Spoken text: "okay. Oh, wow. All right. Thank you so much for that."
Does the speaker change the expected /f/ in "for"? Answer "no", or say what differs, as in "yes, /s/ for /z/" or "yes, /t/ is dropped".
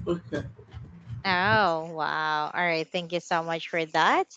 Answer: no